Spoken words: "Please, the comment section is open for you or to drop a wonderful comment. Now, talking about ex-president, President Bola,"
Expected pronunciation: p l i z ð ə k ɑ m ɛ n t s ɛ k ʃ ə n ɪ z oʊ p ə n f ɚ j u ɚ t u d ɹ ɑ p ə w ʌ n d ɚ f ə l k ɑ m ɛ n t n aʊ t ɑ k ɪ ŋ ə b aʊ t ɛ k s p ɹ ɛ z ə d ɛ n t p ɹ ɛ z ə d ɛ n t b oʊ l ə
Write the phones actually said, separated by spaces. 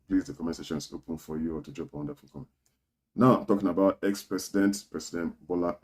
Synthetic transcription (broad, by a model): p l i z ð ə k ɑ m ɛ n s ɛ ʃ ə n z oʊ p ə n f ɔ j u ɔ t u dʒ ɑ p ə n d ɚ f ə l k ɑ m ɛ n n aʊ t ɑ k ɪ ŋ ə b aʊ t ɛ k s p ɹ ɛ s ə d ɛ n t p ɹ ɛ s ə d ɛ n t b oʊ l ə